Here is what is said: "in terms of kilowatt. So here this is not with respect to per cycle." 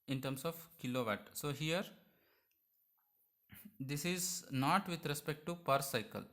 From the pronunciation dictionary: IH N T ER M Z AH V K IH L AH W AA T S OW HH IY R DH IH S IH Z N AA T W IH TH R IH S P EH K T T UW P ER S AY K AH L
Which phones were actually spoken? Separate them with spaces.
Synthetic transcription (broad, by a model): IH N T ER M S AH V K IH L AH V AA T S OW HH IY R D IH S IH Z N AA T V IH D R IH S P EH K T T UW P ER S AY K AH L